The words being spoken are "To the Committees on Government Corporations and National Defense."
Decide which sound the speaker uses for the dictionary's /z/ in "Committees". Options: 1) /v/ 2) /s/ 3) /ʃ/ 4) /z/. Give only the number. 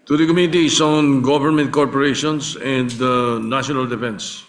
2